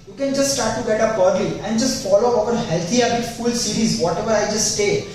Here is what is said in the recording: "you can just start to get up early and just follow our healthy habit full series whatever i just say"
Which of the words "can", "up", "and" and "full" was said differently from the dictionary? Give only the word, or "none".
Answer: up